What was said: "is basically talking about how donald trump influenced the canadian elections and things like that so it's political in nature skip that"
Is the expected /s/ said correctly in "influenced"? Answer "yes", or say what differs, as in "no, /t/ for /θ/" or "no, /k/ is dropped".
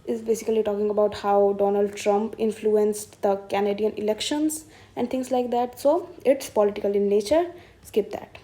yes